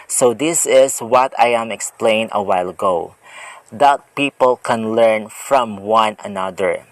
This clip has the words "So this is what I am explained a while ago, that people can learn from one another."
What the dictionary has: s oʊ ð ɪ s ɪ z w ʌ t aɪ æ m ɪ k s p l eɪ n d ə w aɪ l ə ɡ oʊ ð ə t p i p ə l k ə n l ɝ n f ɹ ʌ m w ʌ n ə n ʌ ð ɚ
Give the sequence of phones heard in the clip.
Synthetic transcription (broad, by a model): s oʊ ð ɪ s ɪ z w ʌ t aɪ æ m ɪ k s p l eɪ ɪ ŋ ə w aɪ l ə ɡ oʊ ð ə t p i p ə l k ə n l ɝ n f ɹ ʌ m w ʌ n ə n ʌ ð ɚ